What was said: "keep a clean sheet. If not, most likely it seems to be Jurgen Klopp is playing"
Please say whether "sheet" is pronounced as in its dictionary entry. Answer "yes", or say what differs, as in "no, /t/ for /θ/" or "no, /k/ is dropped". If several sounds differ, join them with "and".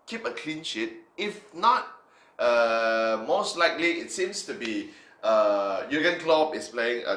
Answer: yes